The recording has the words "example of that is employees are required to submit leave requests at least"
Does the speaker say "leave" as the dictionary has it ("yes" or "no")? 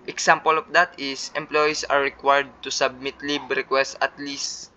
no